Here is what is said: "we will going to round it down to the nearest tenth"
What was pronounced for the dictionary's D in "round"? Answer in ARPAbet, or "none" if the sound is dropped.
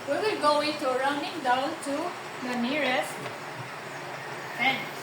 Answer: none